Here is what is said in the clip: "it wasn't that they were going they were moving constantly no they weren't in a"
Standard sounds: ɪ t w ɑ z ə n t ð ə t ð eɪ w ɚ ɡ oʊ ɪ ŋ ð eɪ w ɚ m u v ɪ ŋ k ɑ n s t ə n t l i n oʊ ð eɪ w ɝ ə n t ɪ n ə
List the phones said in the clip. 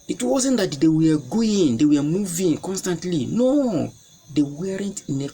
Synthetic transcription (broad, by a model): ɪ t w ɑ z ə n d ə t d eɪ w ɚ ɡ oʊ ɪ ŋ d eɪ w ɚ m u v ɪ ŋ k ɑ n s t ə n t l i n oʊ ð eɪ w ɝ ə n t ɪ n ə